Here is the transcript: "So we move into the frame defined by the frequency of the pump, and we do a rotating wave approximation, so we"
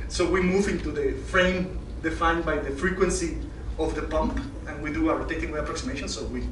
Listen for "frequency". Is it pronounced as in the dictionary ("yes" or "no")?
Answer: yes